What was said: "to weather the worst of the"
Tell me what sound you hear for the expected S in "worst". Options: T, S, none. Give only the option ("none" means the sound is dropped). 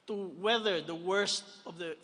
S